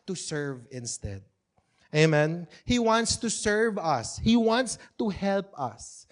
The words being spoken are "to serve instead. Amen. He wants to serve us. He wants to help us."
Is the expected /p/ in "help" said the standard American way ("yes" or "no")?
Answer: yes